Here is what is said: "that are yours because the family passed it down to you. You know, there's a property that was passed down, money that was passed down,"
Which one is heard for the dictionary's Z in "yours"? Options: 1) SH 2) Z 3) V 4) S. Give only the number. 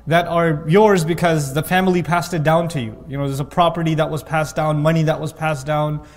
2